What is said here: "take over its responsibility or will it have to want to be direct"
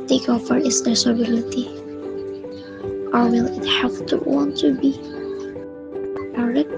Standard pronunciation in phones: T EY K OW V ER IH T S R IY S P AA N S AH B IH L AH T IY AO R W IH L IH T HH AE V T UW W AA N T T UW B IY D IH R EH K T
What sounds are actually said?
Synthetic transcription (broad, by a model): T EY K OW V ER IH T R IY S AA S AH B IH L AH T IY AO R W IH L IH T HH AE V T UW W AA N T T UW B IY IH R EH